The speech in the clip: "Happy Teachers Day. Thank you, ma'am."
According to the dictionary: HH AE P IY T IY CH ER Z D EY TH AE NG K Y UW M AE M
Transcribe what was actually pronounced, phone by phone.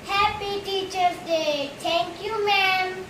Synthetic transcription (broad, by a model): HH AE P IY T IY CH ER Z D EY T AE NG K Y UW M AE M